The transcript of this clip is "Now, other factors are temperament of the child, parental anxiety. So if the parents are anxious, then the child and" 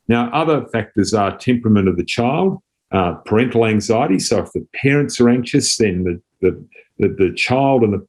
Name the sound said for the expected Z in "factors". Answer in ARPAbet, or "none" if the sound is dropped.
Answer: Z